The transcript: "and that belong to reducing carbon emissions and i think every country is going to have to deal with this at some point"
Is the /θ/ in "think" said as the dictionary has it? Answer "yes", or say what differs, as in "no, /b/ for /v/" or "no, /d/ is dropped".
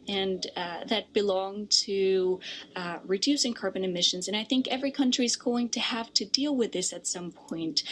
yes